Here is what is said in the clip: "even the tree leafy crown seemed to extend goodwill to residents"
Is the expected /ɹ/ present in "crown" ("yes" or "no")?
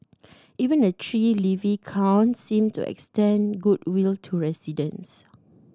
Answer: no